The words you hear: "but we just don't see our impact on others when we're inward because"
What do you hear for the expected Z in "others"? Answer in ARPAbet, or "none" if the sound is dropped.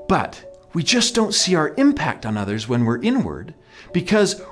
Z